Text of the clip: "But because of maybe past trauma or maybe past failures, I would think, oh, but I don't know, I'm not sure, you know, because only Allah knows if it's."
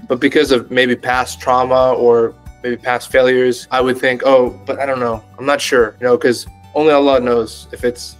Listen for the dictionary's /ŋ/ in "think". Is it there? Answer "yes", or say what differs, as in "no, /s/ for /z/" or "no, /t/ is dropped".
yes